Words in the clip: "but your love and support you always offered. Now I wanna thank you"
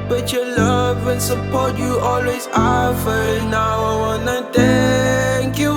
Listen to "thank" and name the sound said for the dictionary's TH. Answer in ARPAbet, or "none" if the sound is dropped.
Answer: T